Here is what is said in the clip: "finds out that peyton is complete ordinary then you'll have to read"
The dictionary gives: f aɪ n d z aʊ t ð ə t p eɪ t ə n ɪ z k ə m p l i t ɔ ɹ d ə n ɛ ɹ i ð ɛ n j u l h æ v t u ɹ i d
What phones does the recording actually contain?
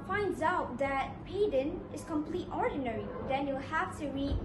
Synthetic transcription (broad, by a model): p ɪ n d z aʊ t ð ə t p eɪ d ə n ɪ s k ə m p l i t ɔ ɹ d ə n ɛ ɹ i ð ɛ n j u l h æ f t u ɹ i